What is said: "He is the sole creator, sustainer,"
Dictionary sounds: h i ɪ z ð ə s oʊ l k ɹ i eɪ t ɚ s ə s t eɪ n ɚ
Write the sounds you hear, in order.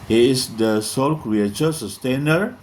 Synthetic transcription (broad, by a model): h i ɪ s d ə s oʊ l k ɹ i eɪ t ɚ s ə s t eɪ n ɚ